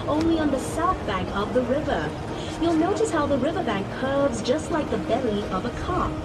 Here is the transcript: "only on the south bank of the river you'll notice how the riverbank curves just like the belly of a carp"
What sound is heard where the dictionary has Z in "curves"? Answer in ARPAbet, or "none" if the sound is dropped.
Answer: Z